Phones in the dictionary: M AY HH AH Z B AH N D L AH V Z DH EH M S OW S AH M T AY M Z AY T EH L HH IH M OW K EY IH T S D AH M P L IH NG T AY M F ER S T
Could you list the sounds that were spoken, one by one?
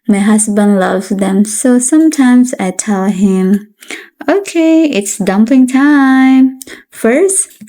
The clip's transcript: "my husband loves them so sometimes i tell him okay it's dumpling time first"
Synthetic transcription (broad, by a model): M AY HH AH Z B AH N D L AH V Z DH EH M S OW S AH M T AY M Z AY T EH L HH IH M OW K EY IH T S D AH M P IH NG T AY M F ER S T